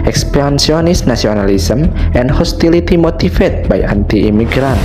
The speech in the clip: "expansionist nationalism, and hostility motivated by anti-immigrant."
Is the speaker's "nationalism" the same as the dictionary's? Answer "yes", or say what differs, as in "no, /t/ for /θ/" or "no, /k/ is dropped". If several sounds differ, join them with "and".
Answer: no, /s/ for /ʃ/ and /s/ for /z/